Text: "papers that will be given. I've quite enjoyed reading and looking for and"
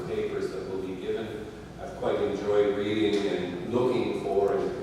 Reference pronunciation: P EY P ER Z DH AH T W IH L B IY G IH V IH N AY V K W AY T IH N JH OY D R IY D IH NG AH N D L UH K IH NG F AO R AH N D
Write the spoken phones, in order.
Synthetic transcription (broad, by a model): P EY P ER Z DH AH T W IH L B IY G IH V IH N AY V K W AY T IH N JH OY D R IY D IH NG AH N L UH K IH NG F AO W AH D